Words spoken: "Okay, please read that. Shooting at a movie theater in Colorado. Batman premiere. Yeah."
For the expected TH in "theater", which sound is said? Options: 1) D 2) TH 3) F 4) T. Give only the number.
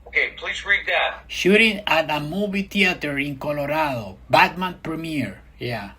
4